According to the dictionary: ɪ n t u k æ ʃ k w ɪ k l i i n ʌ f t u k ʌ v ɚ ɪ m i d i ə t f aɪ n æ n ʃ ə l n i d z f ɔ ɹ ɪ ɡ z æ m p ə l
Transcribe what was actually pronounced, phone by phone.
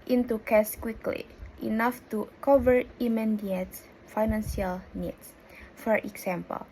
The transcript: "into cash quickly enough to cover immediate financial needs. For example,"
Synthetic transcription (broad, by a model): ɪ n t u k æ s k w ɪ k l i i n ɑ f t u k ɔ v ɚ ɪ m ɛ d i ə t f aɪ n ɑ n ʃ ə l n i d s f ɔ ɹ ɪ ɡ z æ m p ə l